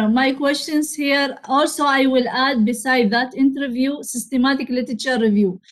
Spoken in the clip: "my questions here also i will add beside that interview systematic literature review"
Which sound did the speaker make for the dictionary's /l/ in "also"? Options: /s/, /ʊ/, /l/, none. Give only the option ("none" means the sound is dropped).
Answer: /l/